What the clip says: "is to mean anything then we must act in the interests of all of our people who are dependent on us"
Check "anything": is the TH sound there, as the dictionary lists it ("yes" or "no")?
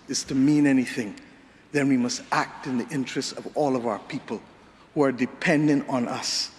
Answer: yes